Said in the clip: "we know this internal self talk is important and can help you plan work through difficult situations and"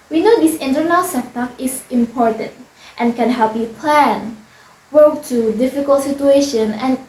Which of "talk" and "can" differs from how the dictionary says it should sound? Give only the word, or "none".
talk